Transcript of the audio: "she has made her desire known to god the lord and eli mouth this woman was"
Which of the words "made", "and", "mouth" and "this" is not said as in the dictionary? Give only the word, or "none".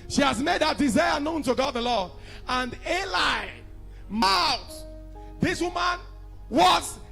mouth